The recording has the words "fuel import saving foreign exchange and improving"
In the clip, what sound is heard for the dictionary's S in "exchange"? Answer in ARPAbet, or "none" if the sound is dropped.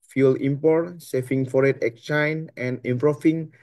none